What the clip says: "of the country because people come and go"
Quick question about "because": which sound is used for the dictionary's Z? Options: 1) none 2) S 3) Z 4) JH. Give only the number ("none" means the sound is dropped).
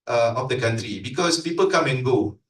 2